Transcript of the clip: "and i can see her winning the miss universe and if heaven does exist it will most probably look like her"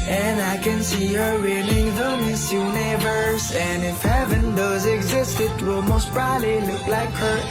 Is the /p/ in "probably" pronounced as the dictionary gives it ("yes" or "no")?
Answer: no